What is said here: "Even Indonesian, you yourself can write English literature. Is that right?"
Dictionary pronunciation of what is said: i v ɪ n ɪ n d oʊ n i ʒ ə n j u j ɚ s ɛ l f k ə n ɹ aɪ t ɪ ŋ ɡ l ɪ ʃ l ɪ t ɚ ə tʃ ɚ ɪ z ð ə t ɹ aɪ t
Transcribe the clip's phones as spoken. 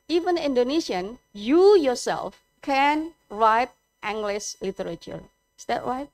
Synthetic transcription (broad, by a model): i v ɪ n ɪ n d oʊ n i ʃ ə n j u j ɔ s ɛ l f k ə n ɹ aɪ t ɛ ŋ ɡ l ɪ s l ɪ t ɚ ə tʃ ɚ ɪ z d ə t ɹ aɪ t